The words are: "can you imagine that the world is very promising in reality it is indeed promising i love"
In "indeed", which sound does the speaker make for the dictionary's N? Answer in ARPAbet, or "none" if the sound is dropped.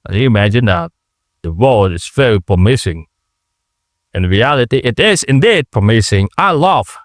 N